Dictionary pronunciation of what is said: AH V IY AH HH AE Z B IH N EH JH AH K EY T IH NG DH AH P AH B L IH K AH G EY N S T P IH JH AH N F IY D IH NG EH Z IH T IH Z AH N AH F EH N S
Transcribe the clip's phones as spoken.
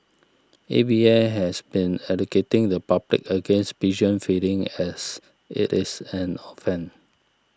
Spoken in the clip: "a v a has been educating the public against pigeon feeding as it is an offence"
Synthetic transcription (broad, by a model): AH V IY AH HH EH S B IH N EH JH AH K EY T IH NG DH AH P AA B L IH K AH G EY N S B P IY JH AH N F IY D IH NG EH S IH T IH S AH N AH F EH N